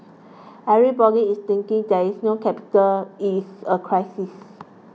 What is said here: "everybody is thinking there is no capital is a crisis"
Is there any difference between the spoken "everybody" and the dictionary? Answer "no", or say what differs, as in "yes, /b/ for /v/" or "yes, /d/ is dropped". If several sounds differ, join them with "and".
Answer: yes, /v/ is dropped